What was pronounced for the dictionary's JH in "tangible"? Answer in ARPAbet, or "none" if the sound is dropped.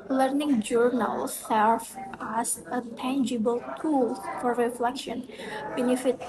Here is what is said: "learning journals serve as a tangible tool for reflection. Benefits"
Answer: JH